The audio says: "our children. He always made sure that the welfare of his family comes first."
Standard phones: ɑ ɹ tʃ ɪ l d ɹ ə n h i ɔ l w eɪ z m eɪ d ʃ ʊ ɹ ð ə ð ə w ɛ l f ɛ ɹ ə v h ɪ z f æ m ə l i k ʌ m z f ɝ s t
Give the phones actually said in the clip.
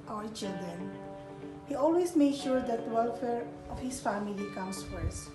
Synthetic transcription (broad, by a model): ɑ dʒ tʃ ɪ d ə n h i ɔ l w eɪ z m eɪ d ʃ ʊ ɹ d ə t w ɛ l f ɛ ɹ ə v h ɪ s f æ m ə l i k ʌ m s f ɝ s